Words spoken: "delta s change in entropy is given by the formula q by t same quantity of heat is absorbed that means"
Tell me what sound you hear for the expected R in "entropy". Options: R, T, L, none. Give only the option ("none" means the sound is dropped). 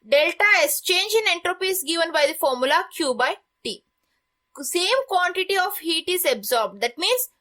R